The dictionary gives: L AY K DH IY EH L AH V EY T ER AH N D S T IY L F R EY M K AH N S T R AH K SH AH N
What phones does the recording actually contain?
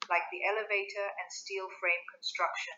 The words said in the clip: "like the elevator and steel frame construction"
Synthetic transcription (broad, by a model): L AY K DH IY EH L AH V EY T ER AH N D S T IY L F R EY M K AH N S T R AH K SH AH N